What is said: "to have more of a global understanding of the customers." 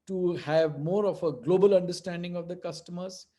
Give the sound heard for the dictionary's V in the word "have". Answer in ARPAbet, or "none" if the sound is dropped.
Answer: V